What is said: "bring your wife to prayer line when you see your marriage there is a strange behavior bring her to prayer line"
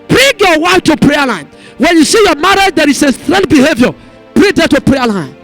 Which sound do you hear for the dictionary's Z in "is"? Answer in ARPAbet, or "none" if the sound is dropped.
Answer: S